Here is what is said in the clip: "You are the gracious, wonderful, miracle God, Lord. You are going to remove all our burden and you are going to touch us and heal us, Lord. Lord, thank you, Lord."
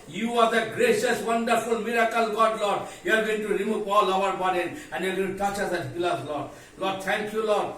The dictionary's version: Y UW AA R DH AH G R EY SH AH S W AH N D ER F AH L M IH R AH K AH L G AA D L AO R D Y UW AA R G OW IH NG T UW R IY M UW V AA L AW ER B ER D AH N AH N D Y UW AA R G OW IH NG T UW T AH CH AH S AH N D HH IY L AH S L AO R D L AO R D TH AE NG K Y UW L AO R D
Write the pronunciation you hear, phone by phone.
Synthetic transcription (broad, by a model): Y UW AA R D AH G R EY SH AH S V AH N D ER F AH L M IH R AH K AH L G AA D L AO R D Y UW AA R G OW IH NG T UW R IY M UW P AA L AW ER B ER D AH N AH N D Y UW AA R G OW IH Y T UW T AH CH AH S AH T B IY L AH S L AO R D L AO D T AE NG K Y UW L AO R D